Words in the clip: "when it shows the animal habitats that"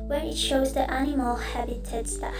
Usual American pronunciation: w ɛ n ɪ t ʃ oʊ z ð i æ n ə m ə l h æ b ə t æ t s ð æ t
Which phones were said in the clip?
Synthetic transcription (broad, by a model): w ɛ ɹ ɪ t ʃ oʊ z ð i æ n ə m ə l h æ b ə t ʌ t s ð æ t